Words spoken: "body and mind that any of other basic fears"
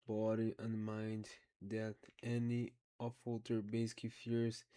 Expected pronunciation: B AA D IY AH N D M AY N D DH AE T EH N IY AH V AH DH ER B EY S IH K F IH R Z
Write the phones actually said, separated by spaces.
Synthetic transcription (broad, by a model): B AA D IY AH N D M AY N D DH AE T EH N IY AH F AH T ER B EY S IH K F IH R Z